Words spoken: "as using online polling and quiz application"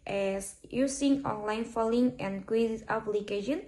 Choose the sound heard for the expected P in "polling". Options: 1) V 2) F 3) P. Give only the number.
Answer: 2